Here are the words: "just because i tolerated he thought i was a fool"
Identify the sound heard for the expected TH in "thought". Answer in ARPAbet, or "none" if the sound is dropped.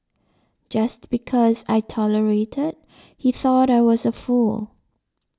TH